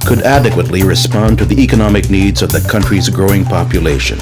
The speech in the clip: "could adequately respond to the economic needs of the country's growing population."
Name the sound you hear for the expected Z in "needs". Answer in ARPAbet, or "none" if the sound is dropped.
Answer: Z